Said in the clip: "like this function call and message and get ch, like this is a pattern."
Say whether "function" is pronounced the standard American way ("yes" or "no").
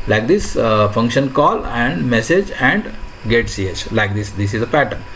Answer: yes